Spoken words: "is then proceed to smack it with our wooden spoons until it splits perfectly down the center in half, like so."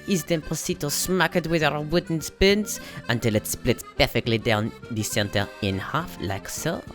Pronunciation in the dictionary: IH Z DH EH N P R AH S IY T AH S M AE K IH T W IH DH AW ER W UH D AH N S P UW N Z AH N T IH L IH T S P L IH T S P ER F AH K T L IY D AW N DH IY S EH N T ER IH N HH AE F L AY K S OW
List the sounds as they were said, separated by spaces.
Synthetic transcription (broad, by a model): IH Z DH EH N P AH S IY T AH S M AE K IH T W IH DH AW ER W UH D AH N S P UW N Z AH N T IH L IH T S P L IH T P ER F AH K T L IY D AW N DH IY S EH N T ER IH N HH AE F L AY K S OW